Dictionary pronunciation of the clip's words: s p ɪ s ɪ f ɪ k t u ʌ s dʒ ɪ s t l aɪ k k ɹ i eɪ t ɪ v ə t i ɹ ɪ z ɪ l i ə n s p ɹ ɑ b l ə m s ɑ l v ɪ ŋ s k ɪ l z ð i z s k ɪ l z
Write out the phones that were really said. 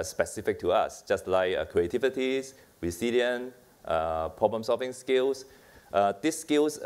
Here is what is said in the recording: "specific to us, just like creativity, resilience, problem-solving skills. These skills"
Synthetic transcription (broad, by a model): s p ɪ s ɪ f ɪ k t u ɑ s dʒ ɪ s t l aɪ k k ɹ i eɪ t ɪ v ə t i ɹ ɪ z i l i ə n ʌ p ɹ ɑ b l ə m s ɑ l v ɪ ŋ s k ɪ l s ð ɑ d s k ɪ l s